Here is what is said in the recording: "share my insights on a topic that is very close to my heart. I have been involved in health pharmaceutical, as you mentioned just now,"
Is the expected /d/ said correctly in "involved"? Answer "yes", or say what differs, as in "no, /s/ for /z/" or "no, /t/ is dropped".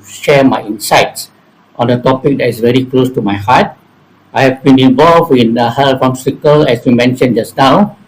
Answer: no, /d/ is dropped